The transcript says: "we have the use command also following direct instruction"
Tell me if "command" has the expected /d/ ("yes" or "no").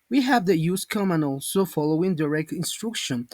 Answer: no